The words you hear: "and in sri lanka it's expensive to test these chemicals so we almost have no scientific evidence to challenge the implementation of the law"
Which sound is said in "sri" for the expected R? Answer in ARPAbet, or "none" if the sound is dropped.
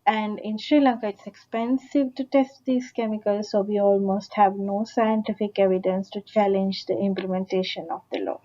R